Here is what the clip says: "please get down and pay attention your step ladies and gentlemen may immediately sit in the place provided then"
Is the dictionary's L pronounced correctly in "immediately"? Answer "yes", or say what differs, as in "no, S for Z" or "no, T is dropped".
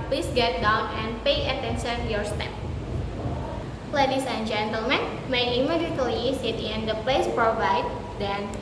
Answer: no, L is dropped